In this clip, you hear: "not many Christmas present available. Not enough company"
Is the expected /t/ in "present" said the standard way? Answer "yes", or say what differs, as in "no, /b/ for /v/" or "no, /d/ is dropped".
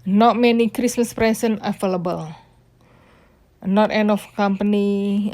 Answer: no, /t/ is dropped